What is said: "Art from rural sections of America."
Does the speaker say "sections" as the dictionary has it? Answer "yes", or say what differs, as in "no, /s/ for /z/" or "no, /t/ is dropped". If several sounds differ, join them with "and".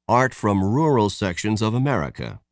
yes